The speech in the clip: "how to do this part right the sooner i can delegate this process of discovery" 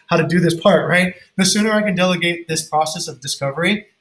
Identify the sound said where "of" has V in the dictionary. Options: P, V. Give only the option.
V